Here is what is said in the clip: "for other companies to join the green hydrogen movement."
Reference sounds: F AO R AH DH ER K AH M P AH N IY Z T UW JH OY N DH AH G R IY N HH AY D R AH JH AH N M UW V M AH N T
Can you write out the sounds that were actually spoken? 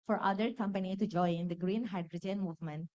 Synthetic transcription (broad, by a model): F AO R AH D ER K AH M P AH N IY T UW JH OY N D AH G R IY N HH AY D R AH JH AH N M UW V M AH N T